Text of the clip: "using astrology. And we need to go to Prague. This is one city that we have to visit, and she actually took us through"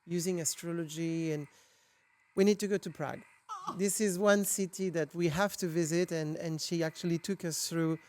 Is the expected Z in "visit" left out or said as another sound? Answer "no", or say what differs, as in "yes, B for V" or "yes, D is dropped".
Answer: no